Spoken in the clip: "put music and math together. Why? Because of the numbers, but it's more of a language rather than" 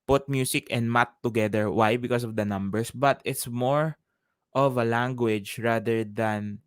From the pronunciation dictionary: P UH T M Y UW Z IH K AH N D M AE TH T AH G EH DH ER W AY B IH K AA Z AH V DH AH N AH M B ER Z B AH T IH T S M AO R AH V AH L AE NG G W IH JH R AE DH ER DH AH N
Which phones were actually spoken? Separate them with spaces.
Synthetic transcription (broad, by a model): P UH T M Y UW S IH K AH N D M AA T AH G EH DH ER W AY B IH K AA S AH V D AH N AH M B ER S B AH T IH T S M AO R AH V AH L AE NG G W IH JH R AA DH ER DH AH N